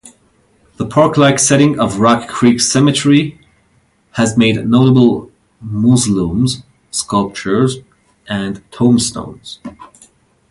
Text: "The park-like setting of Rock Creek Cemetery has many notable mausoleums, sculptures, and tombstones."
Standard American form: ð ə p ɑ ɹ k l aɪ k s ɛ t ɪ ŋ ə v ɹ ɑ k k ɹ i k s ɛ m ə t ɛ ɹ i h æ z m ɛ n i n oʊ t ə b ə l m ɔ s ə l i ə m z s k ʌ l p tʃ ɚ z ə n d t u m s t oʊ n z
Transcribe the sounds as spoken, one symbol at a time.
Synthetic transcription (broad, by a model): ð ə p ɑ ɹ k l aɪ k s ɛ t ɪ ŋ ə v ɹ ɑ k k ɹ i k s ɛ m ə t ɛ ɹ i h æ z m ɛ i n oʊ t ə b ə l m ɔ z l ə m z s k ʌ l p tʃ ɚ z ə n t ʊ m s t oʊ n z